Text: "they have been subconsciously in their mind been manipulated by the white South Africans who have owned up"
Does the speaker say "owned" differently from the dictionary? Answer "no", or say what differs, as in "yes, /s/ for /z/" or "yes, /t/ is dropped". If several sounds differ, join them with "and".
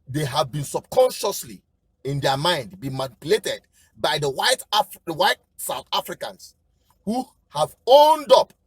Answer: no